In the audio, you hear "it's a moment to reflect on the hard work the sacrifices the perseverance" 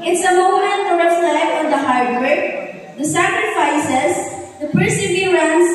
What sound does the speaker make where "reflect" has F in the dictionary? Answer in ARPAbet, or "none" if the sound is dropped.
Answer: none